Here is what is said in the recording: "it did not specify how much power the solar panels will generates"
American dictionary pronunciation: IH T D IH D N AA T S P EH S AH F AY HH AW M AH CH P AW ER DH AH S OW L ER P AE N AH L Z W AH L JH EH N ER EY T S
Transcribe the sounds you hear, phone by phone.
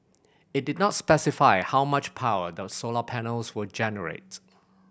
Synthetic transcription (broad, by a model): IH T D IH D N AA T S P EH S AH F AY HH AW M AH CH P AW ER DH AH S OW L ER P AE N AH L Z W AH JH EH N ER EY T